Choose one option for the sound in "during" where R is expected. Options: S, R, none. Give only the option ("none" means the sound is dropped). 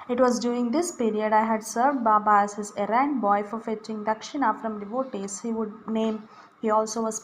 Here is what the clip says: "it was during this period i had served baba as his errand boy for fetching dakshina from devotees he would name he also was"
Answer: none